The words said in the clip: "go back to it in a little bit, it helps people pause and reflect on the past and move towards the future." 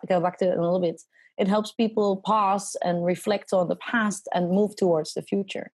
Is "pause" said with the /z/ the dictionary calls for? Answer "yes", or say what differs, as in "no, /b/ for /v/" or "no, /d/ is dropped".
no, /s/ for /z/